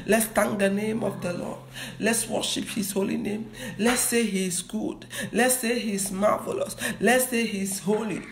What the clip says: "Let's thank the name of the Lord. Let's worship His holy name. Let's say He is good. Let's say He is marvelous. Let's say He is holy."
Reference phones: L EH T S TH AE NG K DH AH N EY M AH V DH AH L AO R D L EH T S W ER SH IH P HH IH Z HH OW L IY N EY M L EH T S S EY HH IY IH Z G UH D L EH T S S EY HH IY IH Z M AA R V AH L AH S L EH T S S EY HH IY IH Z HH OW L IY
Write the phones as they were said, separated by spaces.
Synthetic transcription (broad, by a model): L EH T S T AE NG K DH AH N EY M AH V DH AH L AO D L EH T S W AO SH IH P HH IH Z HH OW L IY N EY M L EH T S S EY HH IY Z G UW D L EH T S S EY HH IY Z M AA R V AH L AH S L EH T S S EY HH IY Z HH OW L IY